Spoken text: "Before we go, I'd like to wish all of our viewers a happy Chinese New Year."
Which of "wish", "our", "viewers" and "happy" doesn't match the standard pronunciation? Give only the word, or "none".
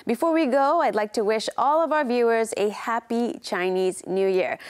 none